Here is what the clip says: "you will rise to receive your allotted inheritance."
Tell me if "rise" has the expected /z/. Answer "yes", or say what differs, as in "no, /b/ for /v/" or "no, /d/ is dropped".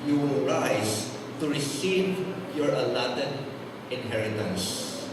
no, /s/ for /z/